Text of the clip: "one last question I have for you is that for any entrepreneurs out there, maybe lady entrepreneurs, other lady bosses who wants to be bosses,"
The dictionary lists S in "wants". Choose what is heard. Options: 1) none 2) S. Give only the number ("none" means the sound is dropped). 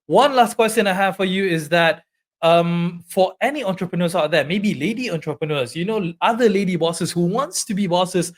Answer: 2